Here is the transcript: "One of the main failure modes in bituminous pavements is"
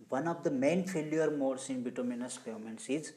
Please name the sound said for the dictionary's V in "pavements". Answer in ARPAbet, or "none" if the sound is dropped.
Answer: none